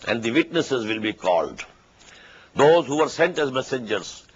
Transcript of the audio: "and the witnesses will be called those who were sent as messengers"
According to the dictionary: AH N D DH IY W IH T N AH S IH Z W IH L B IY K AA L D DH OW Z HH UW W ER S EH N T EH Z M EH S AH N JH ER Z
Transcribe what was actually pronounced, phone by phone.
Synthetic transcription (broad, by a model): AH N D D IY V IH T N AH S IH Z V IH L B IY K AA L D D OW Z HH UW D S EH N T EH Z M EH S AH N JH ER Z